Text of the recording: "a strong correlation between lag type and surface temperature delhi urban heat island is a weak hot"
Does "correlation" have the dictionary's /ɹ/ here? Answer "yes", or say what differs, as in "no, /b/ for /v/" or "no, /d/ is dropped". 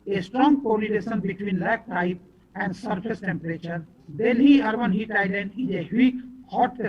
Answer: no, /l/ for /ɹ/